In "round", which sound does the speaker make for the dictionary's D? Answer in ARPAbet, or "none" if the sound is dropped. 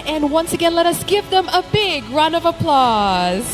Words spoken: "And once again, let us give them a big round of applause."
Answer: none